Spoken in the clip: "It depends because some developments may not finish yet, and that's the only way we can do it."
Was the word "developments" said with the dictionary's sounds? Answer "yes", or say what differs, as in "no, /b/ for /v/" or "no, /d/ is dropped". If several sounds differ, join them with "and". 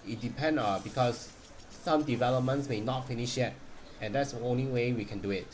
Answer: yes